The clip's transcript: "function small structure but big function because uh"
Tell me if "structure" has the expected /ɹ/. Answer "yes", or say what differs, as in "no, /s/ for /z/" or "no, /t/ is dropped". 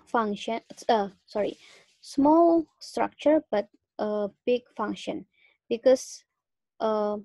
yes